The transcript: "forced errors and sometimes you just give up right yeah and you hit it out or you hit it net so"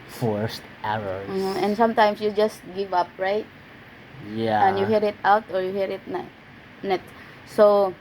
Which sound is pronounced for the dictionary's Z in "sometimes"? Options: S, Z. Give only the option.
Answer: S